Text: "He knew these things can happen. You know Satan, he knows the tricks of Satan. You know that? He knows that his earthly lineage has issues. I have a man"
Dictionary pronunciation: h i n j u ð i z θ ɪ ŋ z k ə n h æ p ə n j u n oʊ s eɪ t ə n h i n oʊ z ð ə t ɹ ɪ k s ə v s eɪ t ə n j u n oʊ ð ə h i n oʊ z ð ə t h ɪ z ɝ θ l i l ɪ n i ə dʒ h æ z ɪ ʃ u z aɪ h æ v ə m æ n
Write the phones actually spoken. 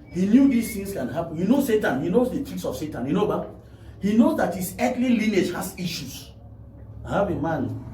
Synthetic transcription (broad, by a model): h i n j u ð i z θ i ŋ s k ə n h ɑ p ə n j u n oʊ s eɪ t ə n h i n oʊ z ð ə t i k s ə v s eɪ t ə n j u n oʊ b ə h i n oʊ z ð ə t h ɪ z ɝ t l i l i n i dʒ h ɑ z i ʃ u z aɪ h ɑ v ə m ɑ n